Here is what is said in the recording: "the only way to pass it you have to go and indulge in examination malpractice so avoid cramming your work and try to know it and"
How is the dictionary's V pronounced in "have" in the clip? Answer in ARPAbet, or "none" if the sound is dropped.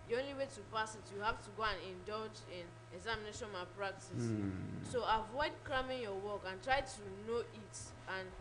F